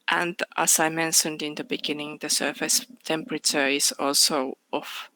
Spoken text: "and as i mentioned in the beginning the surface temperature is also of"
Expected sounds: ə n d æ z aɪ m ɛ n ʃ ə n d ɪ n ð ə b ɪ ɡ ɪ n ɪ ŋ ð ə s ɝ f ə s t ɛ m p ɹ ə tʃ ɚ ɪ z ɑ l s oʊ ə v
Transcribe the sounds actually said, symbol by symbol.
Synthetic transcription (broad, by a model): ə n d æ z aɪ m ɛ n ʃ ə n d ɪ n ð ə b ɪ ɡ ɪ n ɪ ŋ ð ə s ɝ f ə s t ɛ m p ɹ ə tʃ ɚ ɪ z ɑ l s oʊ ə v